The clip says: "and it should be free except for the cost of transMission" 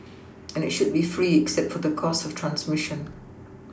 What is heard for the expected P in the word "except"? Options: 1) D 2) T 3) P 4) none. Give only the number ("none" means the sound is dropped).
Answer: 3